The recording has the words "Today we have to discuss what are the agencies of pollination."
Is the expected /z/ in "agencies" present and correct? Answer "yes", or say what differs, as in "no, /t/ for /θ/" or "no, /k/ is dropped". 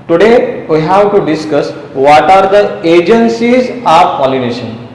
yes